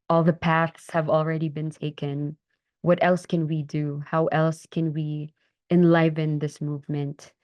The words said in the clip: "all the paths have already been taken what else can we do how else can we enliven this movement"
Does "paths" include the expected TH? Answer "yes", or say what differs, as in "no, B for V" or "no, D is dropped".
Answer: yes